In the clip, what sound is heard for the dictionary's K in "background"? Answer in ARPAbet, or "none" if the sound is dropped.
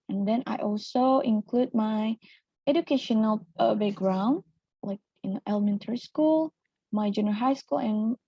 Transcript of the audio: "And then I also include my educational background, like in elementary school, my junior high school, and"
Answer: none